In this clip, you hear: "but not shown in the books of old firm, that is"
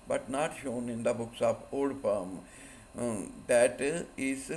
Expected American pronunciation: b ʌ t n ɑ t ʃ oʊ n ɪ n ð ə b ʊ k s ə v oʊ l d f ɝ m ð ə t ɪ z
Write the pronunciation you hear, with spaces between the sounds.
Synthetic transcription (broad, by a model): b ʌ t n ɑ t ʃ oʊ n ɪ n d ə b ʊ k s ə p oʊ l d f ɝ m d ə t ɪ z